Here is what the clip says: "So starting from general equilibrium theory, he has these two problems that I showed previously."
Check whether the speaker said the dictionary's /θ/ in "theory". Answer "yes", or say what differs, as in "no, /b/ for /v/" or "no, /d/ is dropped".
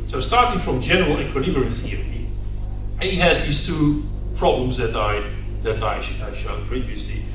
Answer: yes